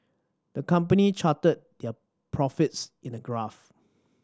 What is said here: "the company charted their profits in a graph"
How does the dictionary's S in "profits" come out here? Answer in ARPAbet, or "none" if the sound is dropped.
S